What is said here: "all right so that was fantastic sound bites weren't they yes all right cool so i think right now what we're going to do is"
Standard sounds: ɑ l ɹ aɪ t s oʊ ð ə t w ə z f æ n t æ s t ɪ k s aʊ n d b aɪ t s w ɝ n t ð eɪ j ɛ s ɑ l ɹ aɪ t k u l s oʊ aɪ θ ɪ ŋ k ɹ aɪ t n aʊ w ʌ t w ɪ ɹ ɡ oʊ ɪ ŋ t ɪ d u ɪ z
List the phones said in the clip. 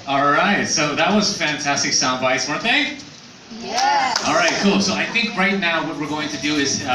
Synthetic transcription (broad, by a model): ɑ l ɹ aɪ t s oʊ ð ə t w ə z f æ n t æ s t ɪ k s aʊ n d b aɪ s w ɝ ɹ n ð eɪ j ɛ ɑ l ɹ aɪ t k u l s oʊ aɪ θ ɪ ŋ k ɹ aɪ t n aʊ w ʌ t w ɪ ɹ ɡ oʊ ɪ ŋ t ɪ d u ɪ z